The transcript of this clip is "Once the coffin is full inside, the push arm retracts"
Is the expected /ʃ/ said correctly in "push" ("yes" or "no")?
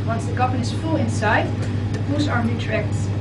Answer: no